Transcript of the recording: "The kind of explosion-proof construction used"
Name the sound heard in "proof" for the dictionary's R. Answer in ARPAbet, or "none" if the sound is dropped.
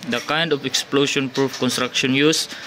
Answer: R